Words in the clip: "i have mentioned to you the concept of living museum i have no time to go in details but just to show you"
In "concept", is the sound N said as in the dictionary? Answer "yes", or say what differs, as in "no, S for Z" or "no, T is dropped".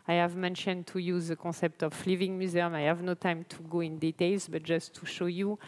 no, N is dropped